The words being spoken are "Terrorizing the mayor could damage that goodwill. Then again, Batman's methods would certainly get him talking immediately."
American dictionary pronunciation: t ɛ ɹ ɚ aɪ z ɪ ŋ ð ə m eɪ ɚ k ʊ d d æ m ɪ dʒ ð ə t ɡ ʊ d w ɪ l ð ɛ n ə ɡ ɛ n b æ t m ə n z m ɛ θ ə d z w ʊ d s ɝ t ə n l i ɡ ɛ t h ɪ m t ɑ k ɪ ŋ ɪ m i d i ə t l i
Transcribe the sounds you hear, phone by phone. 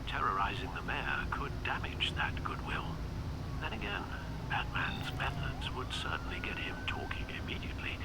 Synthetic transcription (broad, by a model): t ɛ ɹ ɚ aɪ z ɪ ŋ ð ə m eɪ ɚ k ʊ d d æ m ɪ dʒ ð ə t ɡ ʊ d w ɪ l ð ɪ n ə ɡ ɛ n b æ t m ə n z m ɛ θ ə d z w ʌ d s ɝ t n l i ɡ ɛ t h ɪ m t ɑ k ɪ ŋ ɪ m i d i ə t l i